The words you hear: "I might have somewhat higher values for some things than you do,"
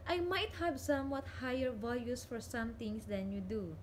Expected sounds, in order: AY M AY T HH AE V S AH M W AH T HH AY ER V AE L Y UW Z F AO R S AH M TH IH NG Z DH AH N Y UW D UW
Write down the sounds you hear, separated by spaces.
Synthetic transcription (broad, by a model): AY M AY T HH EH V S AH M W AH T HH AY ER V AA L Y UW S F AO R S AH M T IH NG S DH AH N Y UW D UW